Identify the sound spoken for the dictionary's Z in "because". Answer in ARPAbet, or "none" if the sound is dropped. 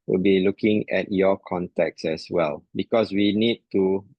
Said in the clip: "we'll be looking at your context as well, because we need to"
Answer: S